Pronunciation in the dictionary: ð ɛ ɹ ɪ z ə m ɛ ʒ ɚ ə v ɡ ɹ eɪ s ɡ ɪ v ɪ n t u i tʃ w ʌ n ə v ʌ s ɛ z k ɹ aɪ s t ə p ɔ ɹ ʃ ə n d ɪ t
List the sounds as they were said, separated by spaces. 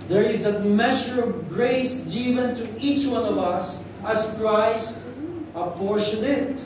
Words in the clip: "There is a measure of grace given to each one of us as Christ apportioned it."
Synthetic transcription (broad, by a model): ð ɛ ɹ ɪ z ə m ɛ ʃ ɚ ə v ɡ ɹ eɪ s ɡ ɪ v ɪ n t u i tʃ w ʌ n ə v ʌ s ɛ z k ɹ aɪ s t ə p ɔ ɹ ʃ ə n ɪ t